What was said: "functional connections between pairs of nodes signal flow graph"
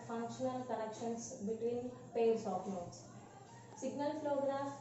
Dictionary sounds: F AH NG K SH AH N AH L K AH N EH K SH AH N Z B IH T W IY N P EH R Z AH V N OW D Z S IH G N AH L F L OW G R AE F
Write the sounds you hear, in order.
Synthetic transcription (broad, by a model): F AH NG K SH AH N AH L K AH N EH K SH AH N S B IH T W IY N P EH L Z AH P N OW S S IH G N AH L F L OW G R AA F